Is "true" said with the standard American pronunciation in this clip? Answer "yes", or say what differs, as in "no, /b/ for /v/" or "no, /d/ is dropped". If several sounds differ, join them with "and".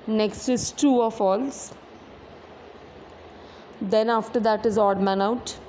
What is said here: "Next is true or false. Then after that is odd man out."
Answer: no, /ɹ/ is dropped